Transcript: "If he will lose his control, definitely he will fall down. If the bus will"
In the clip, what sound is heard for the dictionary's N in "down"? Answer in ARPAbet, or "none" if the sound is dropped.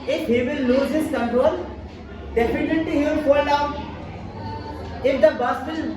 none